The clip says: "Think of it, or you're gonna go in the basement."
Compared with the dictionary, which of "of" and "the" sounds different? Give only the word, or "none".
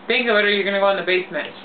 of